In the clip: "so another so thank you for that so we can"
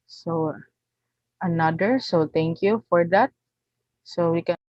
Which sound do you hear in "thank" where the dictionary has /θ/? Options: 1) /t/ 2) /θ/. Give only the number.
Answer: 1